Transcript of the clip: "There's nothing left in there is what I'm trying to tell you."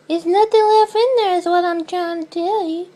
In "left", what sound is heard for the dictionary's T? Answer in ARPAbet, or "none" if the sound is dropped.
none